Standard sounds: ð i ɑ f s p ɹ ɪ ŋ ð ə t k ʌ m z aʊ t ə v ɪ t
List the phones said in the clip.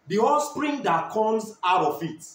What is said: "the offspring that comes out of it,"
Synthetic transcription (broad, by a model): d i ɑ s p ɹ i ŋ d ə t k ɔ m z aʊ t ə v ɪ t